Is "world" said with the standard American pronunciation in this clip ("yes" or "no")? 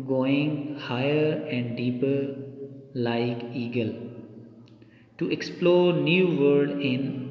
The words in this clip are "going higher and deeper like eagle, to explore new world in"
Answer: no